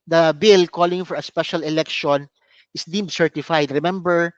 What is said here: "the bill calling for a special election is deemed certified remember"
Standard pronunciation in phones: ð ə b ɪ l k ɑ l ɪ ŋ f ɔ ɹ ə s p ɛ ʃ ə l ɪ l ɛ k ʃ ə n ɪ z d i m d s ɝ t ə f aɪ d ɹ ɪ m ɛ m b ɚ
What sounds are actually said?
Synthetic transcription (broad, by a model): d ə b ɪ l k ɑ l ɪ ŋ f ɔ ɹ ə s p ɛ ʃ ə l ɪ l ɛ k ʃ ə n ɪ s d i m s ɝ t ə f aɪ d ɹ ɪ m ɛ m b ɚ